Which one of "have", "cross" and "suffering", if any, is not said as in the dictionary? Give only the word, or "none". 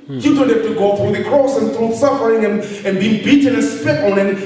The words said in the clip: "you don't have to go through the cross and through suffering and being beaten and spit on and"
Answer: have